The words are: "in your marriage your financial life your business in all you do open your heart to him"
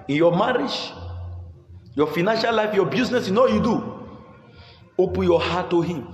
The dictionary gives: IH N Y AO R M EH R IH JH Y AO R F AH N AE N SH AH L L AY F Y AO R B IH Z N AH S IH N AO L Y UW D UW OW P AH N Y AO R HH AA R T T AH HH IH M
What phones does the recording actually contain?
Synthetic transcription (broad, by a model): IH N Y AO M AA R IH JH Y AO F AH N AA N SH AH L L AY F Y AO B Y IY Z N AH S IH N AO W Y UW D UW OW P AH N Y AO HH AA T T AH HH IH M